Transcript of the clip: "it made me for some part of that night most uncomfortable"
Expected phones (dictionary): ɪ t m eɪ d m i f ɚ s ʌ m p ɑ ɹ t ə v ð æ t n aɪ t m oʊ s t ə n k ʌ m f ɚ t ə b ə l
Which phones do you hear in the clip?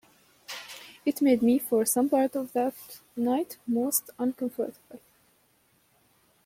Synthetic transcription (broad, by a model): ɪ t m eɪ d m i f ɚ s ʌ m p ɑ ɹ t ə v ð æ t n aɪ t m oʊ s t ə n k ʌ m f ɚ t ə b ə l